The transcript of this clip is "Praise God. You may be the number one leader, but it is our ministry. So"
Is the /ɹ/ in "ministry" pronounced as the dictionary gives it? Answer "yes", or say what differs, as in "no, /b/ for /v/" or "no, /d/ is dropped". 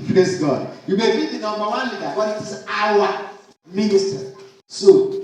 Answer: no, /ɹ/ is dropped